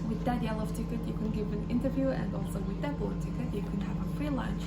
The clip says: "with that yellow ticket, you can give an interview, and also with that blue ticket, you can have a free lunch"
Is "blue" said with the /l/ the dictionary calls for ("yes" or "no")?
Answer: no